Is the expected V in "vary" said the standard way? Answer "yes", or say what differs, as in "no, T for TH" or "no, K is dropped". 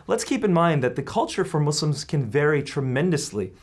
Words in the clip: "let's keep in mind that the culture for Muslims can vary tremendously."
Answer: yes